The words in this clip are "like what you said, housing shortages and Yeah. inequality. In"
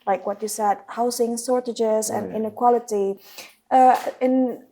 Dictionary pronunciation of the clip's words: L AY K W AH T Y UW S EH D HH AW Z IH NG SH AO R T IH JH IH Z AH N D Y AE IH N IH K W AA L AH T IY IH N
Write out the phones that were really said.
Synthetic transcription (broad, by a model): L AY K W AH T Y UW S EH D HH AW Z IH NG S AO R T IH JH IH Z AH N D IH N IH K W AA L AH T IY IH N